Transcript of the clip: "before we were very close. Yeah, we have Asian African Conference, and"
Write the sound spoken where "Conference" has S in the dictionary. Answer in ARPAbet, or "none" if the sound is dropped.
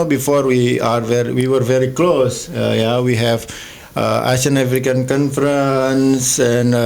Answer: S